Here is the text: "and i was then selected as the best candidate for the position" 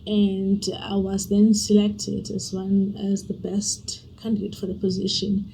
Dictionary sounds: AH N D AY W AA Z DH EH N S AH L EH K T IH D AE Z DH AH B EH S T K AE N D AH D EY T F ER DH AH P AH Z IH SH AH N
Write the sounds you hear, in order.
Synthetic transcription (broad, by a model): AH N D AY W AA Z DH EH N S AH L EH K T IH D AE Z DH AH B EH S T K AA N D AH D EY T F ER DH AH P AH Z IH SH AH N